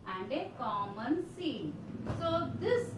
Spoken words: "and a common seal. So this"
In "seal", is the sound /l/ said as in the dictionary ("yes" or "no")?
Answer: no